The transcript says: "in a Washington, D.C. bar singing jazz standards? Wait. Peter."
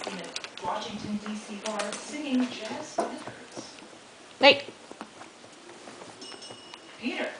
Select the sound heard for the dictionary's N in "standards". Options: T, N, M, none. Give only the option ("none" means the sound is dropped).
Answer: none